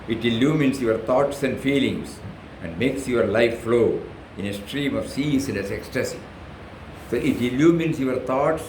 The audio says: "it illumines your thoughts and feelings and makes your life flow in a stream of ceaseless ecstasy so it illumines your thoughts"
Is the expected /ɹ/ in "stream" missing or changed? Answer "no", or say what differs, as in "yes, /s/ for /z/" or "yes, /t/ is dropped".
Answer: no